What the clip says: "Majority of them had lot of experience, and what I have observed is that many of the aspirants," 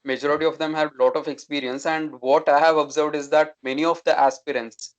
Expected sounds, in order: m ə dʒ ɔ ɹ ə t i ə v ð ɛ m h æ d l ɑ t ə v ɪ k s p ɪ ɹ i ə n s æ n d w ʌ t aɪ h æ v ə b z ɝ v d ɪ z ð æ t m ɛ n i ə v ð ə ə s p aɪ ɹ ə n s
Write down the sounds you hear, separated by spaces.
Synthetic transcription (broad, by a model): m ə dʒ ɔ ɹ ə t i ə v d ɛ m h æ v l ɑ t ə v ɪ k s p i ɹ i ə n s æ n d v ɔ t aɪ h æ v ə b z ɝ v d ɪ z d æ t m ɛ n i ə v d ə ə s p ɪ ɹ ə n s